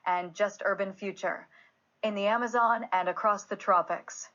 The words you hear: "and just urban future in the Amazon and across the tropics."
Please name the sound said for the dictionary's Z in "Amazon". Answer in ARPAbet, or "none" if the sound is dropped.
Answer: Z